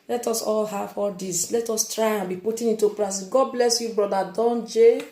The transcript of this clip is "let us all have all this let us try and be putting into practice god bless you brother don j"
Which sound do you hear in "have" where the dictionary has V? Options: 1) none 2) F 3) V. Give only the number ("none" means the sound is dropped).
2